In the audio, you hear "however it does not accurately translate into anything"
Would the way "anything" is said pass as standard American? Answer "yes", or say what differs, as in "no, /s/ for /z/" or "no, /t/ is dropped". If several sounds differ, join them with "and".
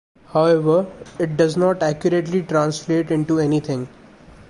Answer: no, /t/ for /θ/